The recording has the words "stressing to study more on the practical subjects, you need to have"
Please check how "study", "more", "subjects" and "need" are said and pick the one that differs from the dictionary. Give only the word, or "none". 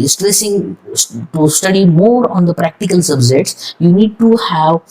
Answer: subjects